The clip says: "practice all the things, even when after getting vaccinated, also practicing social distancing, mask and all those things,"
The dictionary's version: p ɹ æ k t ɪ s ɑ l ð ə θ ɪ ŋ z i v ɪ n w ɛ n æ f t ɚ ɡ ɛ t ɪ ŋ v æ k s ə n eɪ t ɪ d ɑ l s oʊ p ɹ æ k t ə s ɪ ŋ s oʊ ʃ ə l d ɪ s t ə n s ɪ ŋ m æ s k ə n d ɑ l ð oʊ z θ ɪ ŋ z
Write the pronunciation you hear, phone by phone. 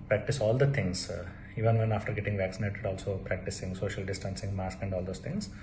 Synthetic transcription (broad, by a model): p ɹ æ k t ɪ s ɑ l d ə t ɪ ŋ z i v ɪ n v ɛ n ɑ f t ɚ ɡ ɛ t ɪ ŋ v æ k s ə n eɪ t ɪ d ɑ l s oʊ p ɹ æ k t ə s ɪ ŋ s oʊ ʃ ə l d ɪ s t ə n s ɪ ŋ m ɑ s k ə n d ɑ l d oʊ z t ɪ ŋ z